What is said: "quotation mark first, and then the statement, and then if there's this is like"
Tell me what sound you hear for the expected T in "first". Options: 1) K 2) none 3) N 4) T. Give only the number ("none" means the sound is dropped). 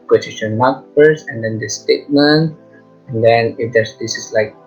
2